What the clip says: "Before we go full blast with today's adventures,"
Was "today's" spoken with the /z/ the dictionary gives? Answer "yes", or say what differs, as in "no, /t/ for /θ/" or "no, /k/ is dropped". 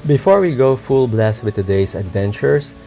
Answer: no, /s/ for /z/